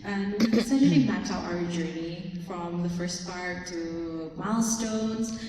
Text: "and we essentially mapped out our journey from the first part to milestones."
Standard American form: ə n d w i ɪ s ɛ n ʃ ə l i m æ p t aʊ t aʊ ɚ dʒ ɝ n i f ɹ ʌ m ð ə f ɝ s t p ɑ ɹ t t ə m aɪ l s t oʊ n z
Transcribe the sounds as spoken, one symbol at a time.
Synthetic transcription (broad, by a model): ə n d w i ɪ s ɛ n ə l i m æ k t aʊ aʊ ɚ dʒ ɝ n i f ɹ ʌ m ð ə f ɝ s t p ɑ ɹ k t ə m aɪ l s t oʊ n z